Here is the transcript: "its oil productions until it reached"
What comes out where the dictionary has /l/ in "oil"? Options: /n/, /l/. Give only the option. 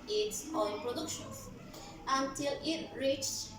/n/